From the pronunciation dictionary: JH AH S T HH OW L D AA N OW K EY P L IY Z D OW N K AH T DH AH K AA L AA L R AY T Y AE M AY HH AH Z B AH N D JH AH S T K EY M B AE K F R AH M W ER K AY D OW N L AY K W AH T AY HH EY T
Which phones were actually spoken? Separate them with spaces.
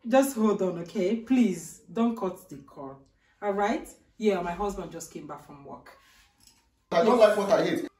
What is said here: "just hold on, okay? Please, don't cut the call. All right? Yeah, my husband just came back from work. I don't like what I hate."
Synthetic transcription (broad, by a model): JH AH S T HH OW L D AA N OW K EY P L IY Z D OW N K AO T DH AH K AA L AA L R AY T Y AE M AY HH AH Z B AH N D JH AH S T K EY M B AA K F R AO M W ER K AY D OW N L AY K W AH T AY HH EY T